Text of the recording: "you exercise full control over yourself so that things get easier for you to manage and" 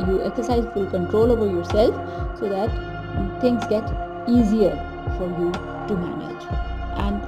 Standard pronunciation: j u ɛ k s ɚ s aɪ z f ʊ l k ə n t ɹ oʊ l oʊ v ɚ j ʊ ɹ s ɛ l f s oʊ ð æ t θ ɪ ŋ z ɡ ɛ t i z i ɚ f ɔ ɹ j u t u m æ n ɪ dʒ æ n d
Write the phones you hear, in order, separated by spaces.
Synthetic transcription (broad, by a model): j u ɛ k s ɚ s aɪ z f ʊ l k ə n t ɹ oʊ l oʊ b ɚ j ʊ ɹ s ɛ l f s oʊ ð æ t t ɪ ŋ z ɡ ɛ t i z i ɚ f ɔ ɹ j u t u m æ n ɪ dʒ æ n d